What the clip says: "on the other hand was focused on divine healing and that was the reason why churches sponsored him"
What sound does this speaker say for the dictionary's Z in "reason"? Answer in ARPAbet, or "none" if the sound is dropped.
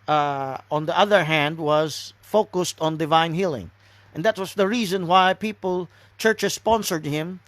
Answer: Z